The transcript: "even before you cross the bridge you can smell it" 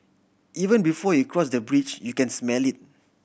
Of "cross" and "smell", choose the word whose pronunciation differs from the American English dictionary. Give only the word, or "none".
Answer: none